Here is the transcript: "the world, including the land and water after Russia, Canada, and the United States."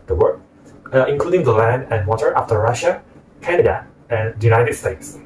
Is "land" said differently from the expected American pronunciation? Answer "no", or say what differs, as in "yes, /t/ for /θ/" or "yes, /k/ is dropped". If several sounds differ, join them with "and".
no